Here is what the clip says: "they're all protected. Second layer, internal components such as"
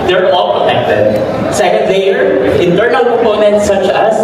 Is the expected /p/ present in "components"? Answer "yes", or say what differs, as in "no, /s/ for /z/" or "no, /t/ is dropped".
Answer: no, /p/ is dropped